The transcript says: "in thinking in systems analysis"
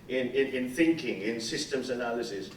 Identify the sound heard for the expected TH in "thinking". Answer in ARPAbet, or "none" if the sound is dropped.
TH